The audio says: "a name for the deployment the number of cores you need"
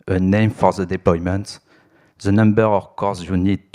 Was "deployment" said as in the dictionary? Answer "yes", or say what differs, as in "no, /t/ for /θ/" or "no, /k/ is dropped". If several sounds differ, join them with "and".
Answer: yes